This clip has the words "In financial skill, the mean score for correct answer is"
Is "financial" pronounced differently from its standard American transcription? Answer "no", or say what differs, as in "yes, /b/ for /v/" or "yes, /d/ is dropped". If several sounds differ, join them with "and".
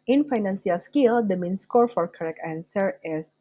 yes, /s/ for /ʃ/